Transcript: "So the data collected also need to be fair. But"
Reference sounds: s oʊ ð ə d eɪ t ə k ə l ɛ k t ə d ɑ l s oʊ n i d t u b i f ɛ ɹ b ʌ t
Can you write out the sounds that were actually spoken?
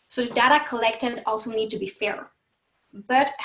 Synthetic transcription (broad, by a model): s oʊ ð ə d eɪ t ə k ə l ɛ k t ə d ɑ l s oʊ n i d t u b i f ɛ ɹ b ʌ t